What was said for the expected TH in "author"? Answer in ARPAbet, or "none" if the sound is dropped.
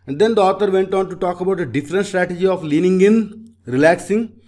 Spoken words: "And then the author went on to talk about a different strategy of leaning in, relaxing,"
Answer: T